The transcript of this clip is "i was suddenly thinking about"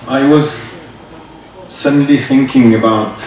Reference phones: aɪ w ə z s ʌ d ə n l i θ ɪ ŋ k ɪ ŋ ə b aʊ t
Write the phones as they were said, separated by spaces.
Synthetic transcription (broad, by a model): aɪ w ə z s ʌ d n l i θ ɪ ŋ k ɪ ŋ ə b aʊ t